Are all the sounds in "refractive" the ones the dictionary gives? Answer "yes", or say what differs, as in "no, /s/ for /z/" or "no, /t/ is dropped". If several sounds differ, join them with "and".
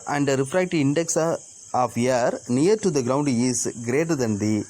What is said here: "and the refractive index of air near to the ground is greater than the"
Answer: no, /v/ is dropped